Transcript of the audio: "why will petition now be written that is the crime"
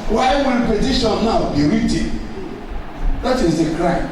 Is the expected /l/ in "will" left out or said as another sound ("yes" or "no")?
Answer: yes